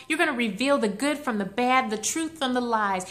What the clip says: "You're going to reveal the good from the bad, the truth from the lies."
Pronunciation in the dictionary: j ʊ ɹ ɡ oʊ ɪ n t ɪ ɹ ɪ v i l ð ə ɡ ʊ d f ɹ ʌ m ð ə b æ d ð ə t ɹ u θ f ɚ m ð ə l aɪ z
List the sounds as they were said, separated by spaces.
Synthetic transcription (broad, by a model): j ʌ ɹ ɡ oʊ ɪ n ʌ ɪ ɹ ɪ v i l ð ə ɡ ʊ d f ɹ ʌ m ð ə b æ d ð ə t ɹ u θ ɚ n ð ə l aɪ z